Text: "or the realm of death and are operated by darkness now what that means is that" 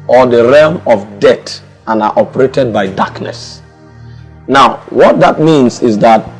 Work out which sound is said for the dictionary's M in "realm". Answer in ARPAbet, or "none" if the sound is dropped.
M